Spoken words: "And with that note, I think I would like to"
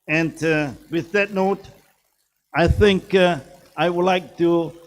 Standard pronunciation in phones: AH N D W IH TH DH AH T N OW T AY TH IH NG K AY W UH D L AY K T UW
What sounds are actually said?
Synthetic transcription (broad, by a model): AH N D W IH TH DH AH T N OW T AY TH IH NG K AY W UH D L AY K T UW